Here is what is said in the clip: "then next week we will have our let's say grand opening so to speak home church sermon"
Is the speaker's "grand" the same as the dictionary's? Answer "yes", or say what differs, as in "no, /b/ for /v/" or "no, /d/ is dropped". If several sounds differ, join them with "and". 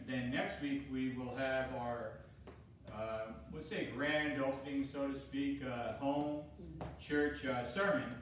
yes